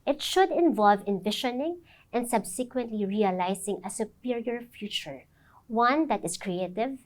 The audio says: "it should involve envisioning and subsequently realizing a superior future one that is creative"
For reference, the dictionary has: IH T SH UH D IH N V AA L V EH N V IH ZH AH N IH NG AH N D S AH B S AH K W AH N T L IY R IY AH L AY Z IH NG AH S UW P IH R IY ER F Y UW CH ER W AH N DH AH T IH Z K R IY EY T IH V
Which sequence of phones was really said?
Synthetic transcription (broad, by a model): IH T SH UH D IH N V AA L V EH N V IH SH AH N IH NG AH N D S AH B S AH K W AH N T L IY R IY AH L AY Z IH NG AH S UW P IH R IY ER F Y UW CH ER W AH N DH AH T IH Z K R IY EY T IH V